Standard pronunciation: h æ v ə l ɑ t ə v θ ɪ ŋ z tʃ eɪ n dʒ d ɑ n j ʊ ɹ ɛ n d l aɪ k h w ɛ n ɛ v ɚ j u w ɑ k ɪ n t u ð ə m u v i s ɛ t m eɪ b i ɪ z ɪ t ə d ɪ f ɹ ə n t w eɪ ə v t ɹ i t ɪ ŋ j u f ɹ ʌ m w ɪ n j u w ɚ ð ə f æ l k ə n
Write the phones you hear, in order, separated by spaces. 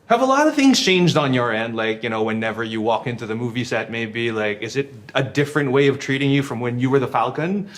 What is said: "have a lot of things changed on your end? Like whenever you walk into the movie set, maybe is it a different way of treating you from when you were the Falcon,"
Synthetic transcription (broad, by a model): h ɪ v ə l ɑ t ə v θ ɪ ŋ z tʃ eɪ n dʒ d n j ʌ ɹ ɛ n d l aɪ k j w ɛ n ɛ v ɚ j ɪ w ɑ k ɪ n t u ð ə m u v i s ɛ t m eɪ b i ɪ z ɪ t ə d ɪ f ɹ ə n t w eɪ ə v t ɹ i t ɪ ŋ j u f ɹ ʌ m w ɪ n j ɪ w ɚ ð ə f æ l k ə n